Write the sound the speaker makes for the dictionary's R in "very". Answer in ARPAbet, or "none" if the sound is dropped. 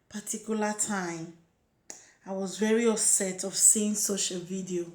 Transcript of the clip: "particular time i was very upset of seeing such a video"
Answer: R